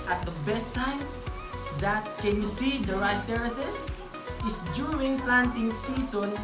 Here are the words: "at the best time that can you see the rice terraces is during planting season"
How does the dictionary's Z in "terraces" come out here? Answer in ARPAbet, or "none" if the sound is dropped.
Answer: S